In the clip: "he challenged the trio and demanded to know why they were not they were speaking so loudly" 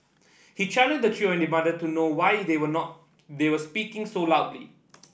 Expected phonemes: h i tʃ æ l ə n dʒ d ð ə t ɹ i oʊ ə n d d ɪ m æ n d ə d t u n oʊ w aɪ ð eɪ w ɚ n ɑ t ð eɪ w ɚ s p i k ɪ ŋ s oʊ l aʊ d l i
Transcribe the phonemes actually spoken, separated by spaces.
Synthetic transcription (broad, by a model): h i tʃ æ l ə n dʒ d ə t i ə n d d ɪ m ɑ d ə t u n oʊ w aɪ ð eɪ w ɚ n ɑ t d eɪ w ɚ s p i k ɪ ŋ s oʊ l aʊ d l i